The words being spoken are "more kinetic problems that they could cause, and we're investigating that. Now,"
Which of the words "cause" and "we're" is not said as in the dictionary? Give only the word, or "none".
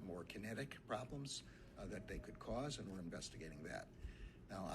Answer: none